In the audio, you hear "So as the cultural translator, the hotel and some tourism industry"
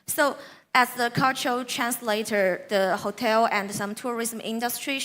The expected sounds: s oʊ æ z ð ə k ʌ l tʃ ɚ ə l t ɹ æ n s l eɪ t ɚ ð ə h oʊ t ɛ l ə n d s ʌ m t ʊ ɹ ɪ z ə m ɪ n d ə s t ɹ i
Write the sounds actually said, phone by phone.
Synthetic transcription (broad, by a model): s oʊ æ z ð ə k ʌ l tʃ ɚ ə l t ɹ æ n s l eɪ t ɚ ð ə h oʊ t ɛ l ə n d s ʌ m t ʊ ɹ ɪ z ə m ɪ n d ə s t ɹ i